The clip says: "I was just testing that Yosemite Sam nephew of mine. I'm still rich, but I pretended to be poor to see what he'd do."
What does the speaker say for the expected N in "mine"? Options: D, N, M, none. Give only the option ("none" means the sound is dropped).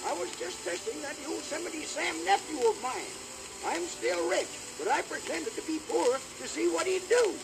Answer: N